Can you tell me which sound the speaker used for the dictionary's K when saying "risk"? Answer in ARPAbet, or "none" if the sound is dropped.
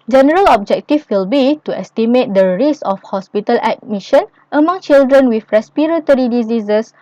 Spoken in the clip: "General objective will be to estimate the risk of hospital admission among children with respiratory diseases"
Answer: none